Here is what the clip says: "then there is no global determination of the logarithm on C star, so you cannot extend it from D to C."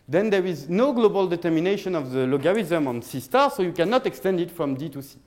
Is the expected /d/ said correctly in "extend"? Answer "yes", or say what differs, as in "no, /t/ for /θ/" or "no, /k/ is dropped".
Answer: yes